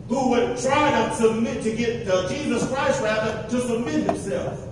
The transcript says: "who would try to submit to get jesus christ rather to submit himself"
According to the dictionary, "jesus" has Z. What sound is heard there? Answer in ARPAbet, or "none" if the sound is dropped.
Z